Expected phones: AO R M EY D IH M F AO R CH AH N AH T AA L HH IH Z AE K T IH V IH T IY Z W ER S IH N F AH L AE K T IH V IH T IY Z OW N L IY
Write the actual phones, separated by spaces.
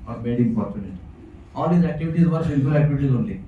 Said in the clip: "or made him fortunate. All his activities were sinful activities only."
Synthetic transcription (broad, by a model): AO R M EY D IH M P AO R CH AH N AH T AA L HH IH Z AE K T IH V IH T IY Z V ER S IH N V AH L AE K T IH V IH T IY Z OW N L IY